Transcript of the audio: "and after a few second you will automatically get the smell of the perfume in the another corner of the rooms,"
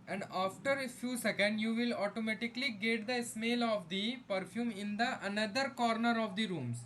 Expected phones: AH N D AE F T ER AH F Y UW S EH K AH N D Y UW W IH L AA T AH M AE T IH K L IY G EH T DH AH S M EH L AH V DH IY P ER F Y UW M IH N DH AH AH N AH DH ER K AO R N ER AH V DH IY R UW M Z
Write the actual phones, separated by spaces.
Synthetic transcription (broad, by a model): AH N D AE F T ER AH F Y UW S EH K AH N D Y UW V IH L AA T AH M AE T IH K L IY G EH T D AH S M EH L AH V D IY P ER F Y UW M IH N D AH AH N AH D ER K AO R N ER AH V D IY R UW M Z